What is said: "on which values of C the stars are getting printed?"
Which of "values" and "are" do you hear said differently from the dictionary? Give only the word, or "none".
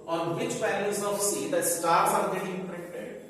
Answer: values